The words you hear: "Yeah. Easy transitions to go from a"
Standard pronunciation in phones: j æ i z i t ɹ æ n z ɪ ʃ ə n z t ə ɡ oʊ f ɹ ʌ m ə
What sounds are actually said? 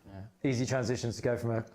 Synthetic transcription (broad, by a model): i z i t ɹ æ n z ɪ ʃ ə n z t ə ɡ oʊ f ɹ ʌ m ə